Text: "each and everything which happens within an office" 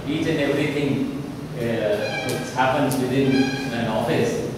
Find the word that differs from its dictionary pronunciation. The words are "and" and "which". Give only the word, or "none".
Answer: which